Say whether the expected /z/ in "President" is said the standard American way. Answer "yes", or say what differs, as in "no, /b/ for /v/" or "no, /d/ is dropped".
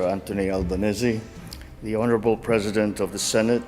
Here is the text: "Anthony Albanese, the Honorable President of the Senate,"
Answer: yes